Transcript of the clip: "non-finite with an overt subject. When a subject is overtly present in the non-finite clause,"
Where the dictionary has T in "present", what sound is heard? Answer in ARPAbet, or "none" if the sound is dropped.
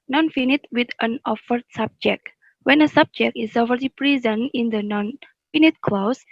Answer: none